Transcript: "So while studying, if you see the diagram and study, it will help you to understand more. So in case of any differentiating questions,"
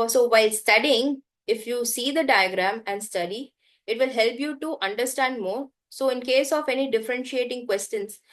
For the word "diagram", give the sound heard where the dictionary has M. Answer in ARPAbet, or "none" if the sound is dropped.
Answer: M